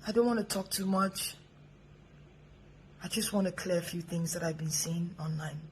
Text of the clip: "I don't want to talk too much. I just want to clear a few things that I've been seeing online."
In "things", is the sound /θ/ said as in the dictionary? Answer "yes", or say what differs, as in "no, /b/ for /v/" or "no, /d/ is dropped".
yes